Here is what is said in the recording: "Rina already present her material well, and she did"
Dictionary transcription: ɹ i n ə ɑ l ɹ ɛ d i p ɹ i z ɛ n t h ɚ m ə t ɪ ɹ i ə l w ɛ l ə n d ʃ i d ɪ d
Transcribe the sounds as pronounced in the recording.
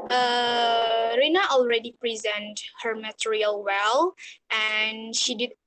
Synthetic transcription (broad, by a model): ɹ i n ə ɑ l ɹ ɛ d i p ɹ i z ɛ n t h ɚ m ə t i ɹ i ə l w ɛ l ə n ʃ i d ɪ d